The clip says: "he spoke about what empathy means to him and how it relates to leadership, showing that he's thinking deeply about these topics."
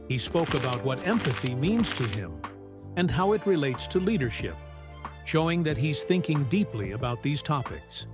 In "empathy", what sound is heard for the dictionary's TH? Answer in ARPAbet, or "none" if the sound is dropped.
TH